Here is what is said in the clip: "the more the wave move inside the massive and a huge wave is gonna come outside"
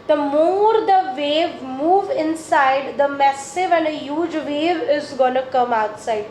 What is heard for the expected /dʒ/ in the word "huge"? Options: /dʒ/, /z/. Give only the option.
/dʒ/